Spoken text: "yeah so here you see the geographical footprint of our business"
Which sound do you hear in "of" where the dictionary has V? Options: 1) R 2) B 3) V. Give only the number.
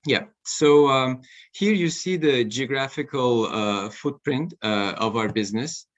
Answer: 3